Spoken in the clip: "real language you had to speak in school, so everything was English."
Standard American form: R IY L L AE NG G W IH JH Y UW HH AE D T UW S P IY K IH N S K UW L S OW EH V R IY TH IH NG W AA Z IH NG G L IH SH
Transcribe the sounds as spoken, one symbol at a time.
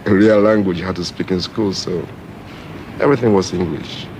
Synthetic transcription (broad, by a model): R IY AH L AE NG G W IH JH HH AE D T UW S P IY K IH N S K UW L S OW EH V R IY TH IH NG W AA Z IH NG G L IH SH